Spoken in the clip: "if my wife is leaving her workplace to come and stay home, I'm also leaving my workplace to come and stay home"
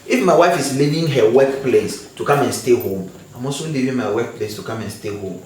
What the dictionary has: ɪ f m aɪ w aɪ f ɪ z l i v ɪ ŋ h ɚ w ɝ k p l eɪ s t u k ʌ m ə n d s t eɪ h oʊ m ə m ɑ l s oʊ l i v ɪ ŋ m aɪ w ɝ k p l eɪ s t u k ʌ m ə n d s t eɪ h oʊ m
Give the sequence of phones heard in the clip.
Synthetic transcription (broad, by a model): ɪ f m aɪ w aɪ f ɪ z l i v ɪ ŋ h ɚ w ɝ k p l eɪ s t u k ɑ m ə n s t eɪ h oʊ m ə m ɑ s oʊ l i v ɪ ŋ m aɪ w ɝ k p l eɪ s t u k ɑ m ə n s t eɪ h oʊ m